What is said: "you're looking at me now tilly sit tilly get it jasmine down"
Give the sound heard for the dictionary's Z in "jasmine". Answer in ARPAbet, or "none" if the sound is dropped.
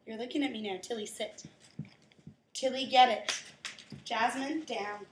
Z